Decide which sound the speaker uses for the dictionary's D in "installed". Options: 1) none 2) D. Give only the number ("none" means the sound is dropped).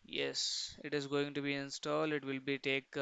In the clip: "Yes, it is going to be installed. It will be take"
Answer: 2